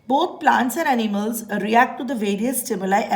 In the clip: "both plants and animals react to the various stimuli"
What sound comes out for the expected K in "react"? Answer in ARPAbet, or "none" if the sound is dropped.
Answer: K